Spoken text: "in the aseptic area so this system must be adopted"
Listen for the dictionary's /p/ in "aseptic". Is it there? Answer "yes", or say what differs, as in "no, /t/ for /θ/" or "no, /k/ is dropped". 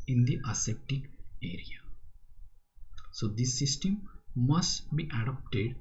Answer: no, /p/ is dropped